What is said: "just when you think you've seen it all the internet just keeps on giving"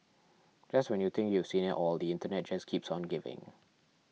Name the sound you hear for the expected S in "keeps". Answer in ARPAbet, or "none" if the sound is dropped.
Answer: S